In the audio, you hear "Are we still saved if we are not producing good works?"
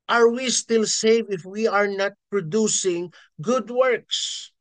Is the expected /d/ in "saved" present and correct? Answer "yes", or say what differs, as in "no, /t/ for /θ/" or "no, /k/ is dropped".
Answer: no, /d/ is dropped